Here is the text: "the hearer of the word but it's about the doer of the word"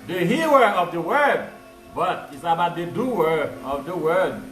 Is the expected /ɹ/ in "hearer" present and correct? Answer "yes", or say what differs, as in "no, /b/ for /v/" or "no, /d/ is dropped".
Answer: no, /w/ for /ɹ/